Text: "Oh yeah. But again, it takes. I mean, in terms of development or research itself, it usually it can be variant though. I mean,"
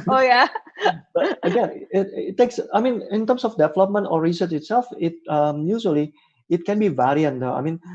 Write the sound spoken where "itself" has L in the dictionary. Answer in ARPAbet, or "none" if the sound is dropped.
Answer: L